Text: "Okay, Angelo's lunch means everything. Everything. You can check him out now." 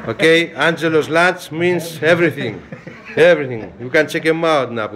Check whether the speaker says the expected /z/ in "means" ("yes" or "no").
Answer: no